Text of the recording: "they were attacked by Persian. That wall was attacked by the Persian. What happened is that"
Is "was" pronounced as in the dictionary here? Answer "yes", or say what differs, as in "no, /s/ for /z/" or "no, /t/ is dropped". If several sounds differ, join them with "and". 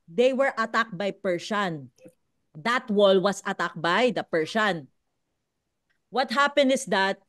no, /s/ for /z/